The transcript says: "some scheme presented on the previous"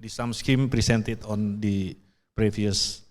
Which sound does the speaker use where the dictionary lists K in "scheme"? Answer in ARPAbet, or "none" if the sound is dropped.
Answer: K